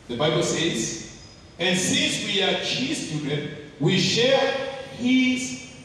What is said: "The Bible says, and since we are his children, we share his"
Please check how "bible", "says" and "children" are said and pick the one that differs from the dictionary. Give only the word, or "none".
children